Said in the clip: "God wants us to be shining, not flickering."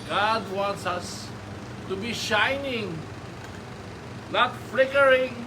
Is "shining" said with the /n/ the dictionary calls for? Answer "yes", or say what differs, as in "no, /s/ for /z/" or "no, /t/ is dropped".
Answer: yes